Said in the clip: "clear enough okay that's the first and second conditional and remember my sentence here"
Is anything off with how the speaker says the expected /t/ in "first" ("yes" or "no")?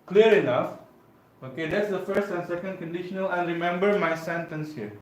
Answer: no